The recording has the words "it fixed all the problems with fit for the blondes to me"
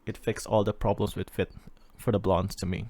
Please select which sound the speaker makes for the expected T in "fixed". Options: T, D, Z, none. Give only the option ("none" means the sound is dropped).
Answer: none